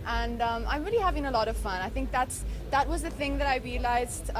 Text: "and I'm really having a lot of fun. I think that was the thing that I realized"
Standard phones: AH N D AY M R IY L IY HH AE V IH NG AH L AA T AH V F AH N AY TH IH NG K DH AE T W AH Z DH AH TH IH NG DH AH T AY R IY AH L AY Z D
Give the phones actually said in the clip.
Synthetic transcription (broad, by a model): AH N D AY M R IY L IY HH AE V IH NG AH L AA T AH V F AH N AY TH IH NG K DH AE T W AH Z DH AH TH IH NG DH AH T AY R IY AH L AY Z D